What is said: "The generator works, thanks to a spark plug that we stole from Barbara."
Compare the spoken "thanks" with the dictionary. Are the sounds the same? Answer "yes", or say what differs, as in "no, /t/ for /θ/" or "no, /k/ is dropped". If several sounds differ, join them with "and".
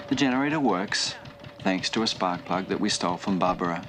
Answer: yes